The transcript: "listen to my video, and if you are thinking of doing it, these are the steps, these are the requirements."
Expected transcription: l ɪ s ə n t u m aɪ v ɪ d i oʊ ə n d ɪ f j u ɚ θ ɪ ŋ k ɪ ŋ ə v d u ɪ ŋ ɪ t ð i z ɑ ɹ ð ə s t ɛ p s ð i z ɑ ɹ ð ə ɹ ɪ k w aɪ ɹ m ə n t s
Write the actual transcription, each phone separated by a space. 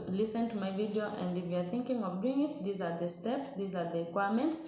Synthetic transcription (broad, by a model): l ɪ s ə n t u m aɪ v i d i oʊ ə n d ɪ f j u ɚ θ ɪ ŋ k ɪ ŋ ə v d u ɪ ŋ ɪ t ð i z ɑ ɹ ð ə s t ɛ p s ð i z ɑ ɹ ð ə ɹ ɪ k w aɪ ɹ m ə n t s